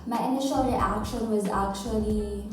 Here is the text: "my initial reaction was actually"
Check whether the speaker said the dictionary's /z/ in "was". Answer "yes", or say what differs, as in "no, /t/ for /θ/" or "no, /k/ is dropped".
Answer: yes